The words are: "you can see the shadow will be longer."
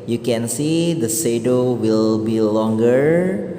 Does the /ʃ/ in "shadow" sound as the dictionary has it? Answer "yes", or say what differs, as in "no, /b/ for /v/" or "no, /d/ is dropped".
no, /s/ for /ʃ/